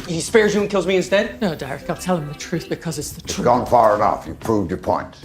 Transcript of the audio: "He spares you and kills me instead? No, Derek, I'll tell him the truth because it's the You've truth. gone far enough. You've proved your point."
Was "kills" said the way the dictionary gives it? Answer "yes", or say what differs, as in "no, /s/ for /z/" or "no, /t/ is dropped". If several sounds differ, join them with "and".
yes